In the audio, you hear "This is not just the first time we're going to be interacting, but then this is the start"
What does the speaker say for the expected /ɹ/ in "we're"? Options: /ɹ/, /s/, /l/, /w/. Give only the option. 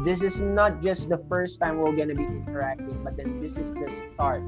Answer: /l/